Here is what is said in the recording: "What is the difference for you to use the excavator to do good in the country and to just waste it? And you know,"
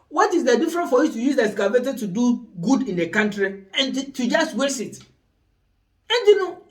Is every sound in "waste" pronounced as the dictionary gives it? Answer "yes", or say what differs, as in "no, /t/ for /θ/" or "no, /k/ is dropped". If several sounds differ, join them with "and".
no, /t/ is dropped